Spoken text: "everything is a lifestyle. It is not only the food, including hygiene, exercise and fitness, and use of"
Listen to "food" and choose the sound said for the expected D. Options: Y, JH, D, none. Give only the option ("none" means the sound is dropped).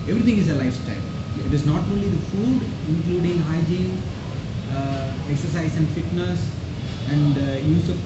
D